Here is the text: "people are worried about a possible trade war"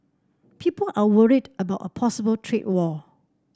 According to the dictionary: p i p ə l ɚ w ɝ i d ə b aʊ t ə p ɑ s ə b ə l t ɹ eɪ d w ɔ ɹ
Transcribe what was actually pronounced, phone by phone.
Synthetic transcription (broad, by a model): p i p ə l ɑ w ɝ i d ə b aʊ t ə p ɑ s ə b ə l t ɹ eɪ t w ɔ